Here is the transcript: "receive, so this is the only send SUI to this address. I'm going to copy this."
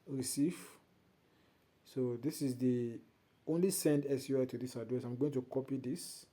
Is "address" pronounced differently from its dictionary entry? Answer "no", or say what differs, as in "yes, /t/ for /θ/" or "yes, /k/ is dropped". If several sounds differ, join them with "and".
yes, /ɹ/ is dropped